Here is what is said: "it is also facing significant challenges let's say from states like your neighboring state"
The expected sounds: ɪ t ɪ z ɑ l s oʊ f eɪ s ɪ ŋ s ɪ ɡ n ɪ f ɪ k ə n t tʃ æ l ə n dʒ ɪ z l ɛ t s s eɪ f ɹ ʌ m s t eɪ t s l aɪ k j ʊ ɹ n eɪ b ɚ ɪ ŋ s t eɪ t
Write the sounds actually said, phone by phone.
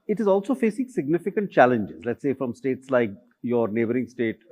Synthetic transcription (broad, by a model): ɪ t ɪ z ɑ l s oʊ f eɪ s ɪ ŋ s ɪ ɡ n ɪ f ɪ k ə n t tʃ æ l ə n dʒ ɪ z l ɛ t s s eɪ f ɹ ʌ m s t eɪ t s l aɪ k j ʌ ɹ n eɪ b ɚ ɪ ŋ s t eɪ t